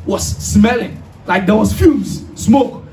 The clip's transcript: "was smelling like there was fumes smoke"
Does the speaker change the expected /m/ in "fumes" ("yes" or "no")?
yes